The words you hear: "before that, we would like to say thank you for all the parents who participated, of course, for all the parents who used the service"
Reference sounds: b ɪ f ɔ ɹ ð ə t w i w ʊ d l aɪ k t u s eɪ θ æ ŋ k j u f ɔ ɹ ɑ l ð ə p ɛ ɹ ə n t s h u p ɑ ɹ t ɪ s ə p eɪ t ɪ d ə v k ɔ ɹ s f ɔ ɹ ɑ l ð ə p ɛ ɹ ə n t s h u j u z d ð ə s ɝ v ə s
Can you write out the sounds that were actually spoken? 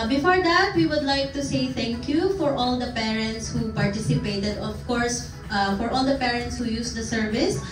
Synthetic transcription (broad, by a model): b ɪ f ɔ ɹ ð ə t w i w ʊ d l aɪ k t u s eɪ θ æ ŋ k j u f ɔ ɹ ɑ l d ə p ɛ ɹ ə n t s h u p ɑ ɹ t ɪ s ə p eɪ t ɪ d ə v k ɔ ɹ s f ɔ ɹ ɑ l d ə p ɛ ɹ ə n t s h u j u s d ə s ɝ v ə s